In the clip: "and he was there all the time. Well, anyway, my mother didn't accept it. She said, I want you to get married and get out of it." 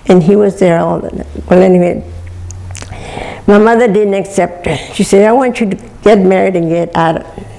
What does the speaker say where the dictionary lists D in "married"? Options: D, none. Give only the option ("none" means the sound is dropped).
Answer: D